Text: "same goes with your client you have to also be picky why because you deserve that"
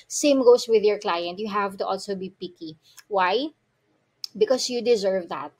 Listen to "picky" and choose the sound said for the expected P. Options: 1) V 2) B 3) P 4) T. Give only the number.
3